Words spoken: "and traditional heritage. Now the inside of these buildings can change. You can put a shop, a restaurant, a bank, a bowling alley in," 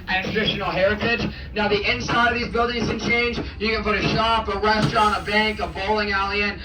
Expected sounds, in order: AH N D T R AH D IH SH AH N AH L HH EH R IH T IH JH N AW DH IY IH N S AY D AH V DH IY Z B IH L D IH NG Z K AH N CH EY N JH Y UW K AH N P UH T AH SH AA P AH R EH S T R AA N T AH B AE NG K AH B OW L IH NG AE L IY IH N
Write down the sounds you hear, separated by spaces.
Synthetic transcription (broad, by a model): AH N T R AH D IH SH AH N L HH EH R IH T IH JH N AW DH IY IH N S AY D AH V DH IY Z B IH L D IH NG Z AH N CH EY N JH Y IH K AH N P UH T AH SH AA P AH R EH S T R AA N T AH B AE NG K AH B OW L IH NG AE L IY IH N